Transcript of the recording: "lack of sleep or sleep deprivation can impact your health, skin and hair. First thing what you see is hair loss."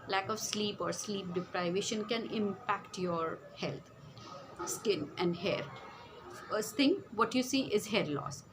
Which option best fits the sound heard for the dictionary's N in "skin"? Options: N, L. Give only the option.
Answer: N